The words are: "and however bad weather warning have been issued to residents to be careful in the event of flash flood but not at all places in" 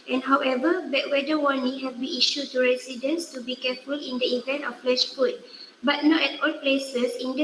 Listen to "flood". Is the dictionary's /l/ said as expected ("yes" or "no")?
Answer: no